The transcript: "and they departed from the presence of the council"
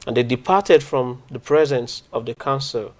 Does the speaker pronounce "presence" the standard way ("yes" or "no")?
yes